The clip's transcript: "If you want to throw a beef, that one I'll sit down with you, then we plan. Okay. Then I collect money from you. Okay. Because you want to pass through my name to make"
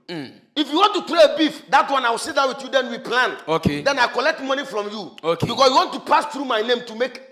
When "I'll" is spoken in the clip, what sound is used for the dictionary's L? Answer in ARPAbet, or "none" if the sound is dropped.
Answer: W